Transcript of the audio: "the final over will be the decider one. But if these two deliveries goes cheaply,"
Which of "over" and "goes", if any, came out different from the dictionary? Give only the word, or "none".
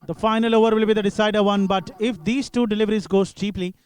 goes